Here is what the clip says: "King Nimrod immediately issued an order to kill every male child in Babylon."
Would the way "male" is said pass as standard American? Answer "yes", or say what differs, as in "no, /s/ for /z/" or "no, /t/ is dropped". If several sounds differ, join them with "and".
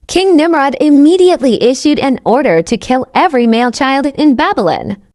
yes